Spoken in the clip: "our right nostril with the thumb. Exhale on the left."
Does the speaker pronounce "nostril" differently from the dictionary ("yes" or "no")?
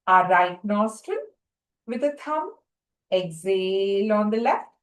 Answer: yes